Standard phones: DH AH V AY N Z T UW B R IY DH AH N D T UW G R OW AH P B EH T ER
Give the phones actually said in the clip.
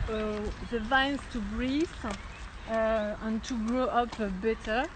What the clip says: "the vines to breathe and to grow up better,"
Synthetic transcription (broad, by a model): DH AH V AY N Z T UW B R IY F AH N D T UW G R OW AH P B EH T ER